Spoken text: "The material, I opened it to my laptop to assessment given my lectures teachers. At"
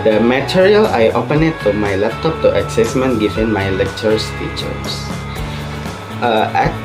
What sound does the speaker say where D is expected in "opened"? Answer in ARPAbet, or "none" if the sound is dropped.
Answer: none